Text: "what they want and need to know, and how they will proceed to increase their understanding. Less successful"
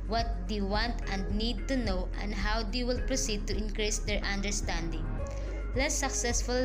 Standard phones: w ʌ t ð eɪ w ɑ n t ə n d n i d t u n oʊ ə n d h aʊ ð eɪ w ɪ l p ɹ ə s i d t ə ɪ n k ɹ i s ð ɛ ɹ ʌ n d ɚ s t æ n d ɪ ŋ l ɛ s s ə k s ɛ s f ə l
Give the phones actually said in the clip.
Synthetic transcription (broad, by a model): w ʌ t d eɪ w ɑ n t ə n d n i d t u n oʊ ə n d h aʊ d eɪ w ɪ l p ɹ ə s i d t ə ɪ n k ɹ i s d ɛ ɹ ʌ n d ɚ s t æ n d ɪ ŋ l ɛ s s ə k s ɛ s f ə l